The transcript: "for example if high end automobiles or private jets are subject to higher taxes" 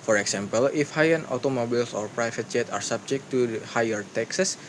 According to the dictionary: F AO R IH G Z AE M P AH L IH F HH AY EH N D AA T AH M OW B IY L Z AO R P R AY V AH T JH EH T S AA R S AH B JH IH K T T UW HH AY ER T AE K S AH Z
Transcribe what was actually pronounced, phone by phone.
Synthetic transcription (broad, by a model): F AO R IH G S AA M P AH L IH F HH AY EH N AA T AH M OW B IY L S AO R P R AY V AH T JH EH T AA R S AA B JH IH K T T UW HH AY ER T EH K S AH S